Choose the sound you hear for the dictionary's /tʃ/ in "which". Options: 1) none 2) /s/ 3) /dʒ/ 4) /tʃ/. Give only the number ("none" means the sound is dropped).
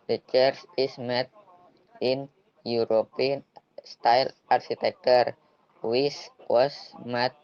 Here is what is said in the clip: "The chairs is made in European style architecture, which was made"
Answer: 2